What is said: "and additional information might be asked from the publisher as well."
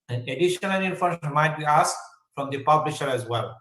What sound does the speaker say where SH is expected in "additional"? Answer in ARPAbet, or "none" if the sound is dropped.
SH